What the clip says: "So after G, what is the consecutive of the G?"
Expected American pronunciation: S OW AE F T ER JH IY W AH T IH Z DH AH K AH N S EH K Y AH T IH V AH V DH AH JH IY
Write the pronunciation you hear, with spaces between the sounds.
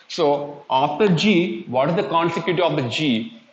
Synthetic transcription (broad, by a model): S OW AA T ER JH IY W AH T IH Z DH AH K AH N S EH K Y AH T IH AH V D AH JH IY